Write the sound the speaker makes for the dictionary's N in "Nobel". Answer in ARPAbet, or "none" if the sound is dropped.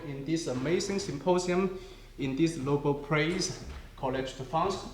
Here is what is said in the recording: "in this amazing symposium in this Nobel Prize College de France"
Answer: L